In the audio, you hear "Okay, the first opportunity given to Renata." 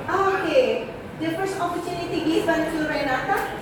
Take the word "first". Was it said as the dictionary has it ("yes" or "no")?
no